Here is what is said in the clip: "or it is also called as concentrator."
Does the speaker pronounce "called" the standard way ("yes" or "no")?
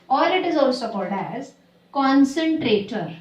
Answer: yes